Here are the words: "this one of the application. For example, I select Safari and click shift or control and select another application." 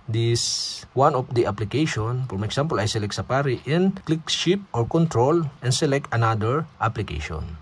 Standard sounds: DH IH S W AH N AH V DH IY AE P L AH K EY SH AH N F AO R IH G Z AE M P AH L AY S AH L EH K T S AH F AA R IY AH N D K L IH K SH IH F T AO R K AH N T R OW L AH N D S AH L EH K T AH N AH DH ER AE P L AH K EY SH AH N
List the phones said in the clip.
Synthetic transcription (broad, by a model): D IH S W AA N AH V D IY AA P L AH K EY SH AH N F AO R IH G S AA M P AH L AY S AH L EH K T S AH P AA R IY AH N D K L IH K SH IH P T AO R K AH N T R OW L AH N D S AH L EH K T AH N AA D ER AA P L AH K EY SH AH N